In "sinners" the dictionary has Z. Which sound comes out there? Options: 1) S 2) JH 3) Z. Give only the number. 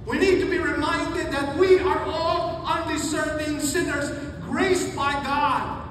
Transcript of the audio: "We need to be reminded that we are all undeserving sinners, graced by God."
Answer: 3